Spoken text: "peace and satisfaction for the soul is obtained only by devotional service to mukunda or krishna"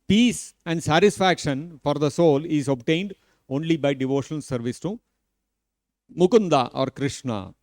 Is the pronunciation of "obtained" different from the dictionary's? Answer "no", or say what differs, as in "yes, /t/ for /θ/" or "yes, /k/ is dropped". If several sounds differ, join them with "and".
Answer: no